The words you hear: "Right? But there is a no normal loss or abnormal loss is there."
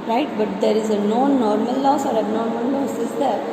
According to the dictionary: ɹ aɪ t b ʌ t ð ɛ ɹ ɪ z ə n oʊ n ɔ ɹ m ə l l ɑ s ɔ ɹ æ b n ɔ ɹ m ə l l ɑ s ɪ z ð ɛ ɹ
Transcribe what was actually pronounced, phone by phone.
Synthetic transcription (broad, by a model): ɹ aɪ t b ʌ t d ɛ ɹ ɪ z ə n oʊ n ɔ ɹ m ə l l ɑ s ɔ ɹ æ n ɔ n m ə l l ɑ s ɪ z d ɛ ɹ